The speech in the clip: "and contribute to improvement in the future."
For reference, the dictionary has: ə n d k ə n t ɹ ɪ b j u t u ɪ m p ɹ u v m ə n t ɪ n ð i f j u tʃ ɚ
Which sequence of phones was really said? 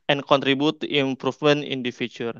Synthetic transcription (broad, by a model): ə n k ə n t ɹ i b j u t u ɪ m p ɹ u f m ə n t ɪ n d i f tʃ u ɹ